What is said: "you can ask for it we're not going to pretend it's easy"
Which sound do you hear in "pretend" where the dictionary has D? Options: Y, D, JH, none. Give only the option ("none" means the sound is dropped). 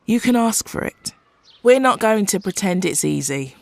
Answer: D